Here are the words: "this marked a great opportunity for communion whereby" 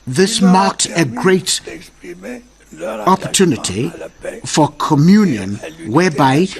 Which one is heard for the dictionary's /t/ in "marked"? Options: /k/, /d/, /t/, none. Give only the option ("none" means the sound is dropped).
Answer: /t/